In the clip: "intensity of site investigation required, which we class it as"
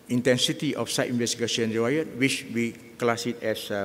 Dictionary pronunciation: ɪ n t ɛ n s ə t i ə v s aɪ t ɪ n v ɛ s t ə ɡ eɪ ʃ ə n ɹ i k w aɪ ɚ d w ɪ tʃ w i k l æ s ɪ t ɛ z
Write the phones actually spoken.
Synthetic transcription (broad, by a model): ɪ n t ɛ n s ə t i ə f s aɪ t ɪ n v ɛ s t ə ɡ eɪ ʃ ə n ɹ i w aɪ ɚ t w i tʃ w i k l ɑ s ɪ t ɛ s